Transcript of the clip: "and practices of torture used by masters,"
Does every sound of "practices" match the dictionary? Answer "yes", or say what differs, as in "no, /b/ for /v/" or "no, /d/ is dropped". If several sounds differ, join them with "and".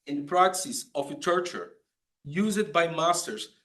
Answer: no, /s/ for /t/